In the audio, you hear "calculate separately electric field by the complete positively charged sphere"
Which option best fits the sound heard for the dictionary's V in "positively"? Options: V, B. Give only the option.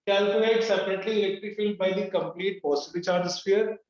B